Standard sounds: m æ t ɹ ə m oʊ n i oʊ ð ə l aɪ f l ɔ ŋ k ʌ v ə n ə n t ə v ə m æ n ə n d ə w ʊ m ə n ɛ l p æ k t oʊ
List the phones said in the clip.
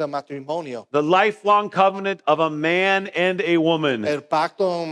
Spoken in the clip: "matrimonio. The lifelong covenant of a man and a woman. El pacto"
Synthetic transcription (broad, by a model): m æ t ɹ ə m oʊ n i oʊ ð ə l aɪ f l ɔ ŋ k ʌ v ə n ə n t ə v ə m æ n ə n ə w ʊ m ə n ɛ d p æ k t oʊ